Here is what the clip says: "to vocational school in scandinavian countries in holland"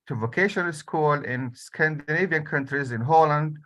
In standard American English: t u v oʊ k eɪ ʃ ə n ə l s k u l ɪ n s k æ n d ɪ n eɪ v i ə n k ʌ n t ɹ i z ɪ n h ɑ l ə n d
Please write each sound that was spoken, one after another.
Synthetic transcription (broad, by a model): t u v oʊ k eɪ ʃ ə n ə l s k u l ɪ n s k æ n d ɪ n eɪ v i ə n k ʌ n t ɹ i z ɪ n h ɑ l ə n d